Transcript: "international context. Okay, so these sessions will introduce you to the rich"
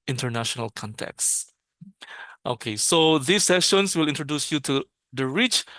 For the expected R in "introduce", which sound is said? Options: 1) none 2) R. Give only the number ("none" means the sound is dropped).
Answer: 2